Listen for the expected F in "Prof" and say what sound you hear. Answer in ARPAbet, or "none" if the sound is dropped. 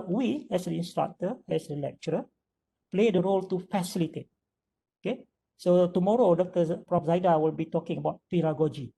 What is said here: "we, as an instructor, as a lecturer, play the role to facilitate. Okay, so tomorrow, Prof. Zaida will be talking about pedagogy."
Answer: P